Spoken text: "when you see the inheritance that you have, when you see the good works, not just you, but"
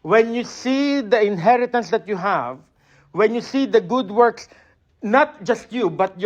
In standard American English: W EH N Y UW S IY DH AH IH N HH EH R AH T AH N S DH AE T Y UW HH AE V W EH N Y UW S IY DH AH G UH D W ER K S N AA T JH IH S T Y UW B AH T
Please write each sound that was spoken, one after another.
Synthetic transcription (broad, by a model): W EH N Y UW S IY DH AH IH N HH EH R AH T AH N S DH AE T Y UW HH AE V W EH N Y UW S IY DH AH G UH D W ER K S N AA T JH IH S T Y UW B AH T